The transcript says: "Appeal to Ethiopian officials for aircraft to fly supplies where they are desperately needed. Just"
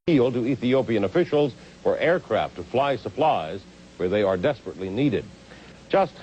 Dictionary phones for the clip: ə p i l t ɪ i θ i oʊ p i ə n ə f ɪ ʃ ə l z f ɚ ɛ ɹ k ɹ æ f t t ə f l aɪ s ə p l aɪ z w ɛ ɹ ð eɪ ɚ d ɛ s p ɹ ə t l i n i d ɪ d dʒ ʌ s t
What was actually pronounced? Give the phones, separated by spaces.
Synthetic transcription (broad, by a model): i l t ɪ i θ i oʊ p i ə n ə f ɪ ʃ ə l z f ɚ ɛ ɹ k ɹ æ f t t ə f l aɪ s ə p l aɪ z w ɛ ɹ ð eɪ ɚ d ɛ s p ɹ ə t l i n i d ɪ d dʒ ʌ s t